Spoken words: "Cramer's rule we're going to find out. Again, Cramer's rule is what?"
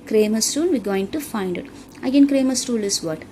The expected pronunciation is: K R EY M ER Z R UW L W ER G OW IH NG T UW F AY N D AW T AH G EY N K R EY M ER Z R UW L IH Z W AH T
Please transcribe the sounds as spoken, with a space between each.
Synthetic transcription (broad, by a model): K R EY M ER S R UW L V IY G OW IH NG T UW F AY N D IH T AH G EY N K R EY M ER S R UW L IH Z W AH T